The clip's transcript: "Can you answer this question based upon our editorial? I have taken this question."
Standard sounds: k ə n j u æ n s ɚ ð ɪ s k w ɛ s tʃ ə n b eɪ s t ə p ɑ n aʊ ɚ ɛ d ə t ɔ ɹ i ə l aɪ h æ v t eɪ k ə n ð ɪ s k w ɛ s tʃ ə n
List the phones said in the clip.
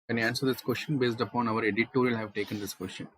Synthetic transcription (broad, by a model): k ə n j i æ n s ɚ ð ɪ s k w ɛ s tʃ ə n b eɪ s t ə p ɑ n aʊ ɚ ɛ d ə t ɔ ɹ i l h æ v t eɪ k ə n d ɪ s k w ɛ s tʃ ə n